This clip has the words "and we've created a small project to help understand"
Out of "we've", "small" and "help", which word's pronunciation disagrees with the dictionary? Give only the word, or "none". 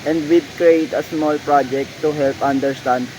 we've